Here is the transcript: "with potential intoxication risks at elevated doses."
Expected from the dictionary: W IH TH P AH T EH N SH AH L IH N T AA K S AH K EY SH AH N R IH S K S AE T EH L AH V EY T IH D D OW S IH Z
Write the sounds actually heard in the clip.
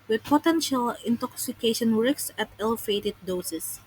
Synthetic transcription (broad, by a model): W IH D P AH T EH N SH AH L IH N T AA K S AH K EY SH AH N W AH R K S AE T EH L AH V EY T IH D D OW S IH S